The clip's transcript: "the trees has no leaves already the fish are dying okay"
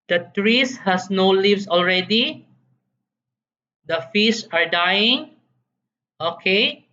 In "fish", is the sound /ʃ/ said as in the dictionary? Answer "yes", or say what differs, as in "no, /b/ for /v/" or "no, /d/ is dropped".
no, /s/ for /ʃ/